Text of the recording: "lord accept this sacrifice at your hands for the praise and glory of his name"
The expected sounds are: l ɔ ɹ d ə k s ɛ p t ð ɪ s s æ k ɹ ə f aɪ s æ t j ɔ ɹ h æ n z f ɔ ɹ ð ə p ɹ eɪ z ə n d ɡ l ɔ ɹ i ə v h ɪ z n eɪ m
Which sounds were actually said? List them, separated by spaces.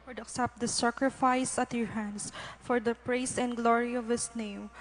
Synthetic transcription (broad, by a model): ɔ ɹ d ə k s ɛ p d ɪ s s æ k ɹ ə f aɪ s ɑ t j ɔ ɹ h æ n s f ɔ ɹ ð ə p ɹ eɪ s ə n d ɡ l ɔ ɹ i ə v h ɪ s n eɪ m